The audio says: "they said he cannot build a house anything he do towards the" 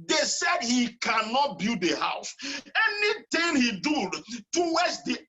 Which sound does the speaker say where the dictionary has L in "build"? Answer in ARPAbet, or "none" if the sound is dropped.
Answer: none